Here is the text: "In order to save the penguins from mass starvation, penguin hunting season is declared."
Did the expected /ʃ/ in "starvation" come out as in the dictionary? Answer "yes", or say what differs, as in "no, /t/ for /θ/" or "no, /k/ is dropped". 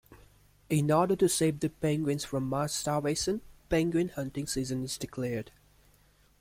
no, /s/ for /ʃ/